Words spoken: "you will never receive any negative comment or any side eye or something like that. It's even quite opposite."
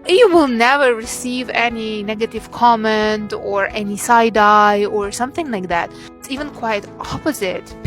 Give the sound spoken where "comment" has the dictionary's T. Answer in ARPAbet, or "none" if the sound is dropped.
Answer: T